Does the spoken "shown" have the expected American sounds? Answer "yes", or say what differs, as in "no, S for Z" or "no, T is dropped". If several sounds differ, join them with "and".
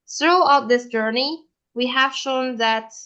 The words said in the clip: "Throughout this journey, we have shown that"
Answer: yes